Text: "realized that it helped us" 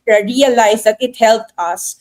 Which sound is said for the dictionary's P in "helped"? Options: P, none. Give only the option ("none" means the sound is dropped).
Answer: none